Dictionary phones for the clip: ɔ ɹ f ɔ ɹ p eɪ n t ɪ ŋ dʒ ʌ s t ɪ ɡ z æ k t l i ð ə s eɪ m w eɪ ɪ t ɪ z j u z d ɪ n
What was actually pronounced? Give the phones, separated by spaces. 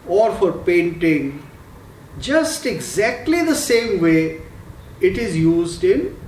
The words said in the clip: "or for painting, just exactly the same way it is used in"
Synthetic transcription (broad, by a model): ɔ ɹ f ɔ ɹ p eɪ n t ɪ ŋ dʒ ʌ s t ɪ ɡ z æ k t l i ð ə s eɪ m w eɪ ɪ t ɪ z j u z d ɪ n